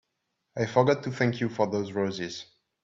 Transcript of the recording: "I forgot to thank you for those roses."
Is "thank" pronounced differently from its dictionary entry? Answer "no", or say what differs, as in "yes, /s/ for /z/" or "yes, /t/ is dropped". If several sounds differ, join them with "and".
no